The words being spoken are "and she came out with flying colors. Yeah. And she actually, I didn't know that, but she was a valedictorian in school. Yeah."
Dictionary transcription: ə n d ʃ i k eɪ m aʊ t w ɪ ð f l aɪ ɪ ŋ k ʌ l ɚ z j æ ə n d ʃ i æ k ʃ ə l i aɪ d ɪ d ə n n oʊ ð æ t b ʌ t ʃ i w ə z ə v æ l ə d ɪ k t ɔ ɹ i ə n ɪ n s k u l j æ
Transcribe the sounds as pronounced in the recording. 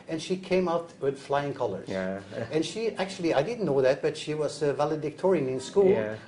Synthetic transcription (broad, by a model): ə n ʃ i k eɪ m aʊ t w ɪ ð f l aɪ ɪ ŋ k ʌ l ɚ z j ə n ʃ i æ k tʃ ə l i aɪ d ɪ d n n oʊ ð æ t b ʌ t ʃ i w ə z ə v æ l ə d ɪ k t ɔ ɹ i ə n ɪ n s k u l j